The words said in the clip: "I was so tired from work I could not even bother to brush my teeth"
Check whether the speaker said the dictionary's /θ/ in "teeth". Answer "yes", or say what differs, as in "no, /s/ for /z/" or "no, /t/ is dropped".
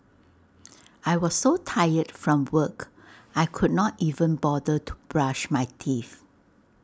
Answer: no, /f/ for /θ/